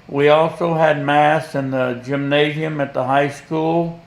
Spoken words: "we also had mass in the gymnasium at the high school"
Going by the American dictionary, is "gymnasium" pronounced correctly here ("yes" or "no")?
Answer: yes